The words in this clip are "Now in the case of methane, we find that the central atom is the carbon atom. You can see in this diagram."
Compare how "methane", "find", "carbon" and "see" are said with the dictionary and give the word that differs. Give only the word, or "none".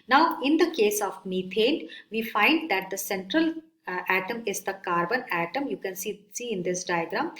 methane